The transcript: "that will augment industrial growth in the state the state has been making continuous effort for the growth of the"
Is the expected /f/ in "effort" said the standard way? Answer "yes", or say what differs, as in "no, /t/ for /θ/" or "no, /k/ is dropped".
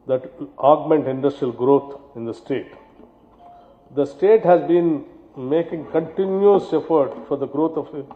yes